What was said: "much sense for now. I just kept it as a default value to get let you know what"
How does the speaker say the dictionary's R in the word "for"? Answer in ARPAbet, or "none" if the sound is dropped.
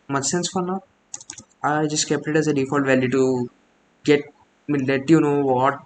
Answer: L